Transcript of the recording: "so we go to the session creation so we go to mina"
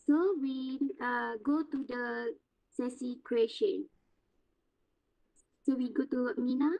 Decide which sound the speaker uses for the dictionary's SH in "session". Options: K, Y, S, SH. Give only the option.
S